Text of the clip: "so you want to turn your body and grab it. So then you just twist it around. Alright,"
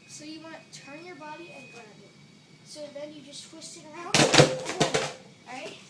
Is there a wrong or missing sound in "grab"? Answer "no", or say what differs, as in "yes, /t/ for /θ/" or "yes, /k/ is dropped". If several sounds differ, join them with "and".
yes, /ɹ/ is dropped